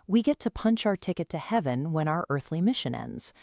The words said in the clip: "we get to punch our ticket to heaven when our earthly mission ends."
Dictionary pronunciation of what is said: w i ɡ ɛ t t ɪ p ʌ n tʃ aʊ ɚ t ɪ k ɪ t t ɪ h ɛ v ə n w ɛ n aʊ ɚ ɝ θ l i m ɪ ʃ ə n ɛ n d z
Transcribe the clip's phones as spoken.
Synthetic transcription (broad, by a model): w i ɡ ɛ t t ɪ p ʌ n tʃ aʊ ɚ t ɪ k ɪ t t ɪ h ɛ v ə n w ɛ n aʊ ɚ ɝ θ l i m ɪ ʃ ə n ɛ n d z